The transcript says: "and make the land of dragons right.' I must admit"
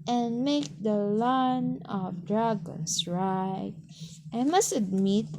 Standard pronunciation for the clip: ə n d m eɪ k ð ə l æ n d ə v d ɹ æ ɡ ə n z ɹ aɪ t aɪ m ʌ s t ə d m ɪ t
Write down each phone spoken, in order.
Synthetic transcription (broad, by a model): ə n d m eɪ k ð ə l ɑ n ə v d ɹ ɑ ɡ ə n s ɹ aɪ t aɪ m ʌ s t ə d m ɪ t